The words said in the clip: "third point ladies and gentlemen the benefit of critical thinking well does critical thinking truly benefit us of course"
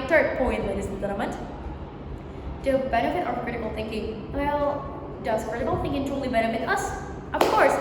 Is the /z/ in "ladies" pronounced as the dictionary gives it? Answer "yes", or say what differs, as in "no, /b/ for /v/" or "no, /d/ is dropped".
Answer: no, /z/ is dropped